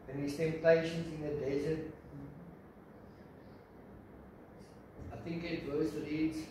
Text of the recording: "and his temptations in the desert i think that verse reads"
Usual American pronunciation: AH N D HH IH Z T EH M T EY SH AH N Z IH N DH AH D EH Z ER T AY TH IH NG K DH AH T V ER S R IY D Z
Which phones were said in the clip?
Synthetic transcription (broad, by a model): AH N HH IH S T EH M T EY SH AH N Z IH N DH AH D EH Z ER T AY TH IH NG K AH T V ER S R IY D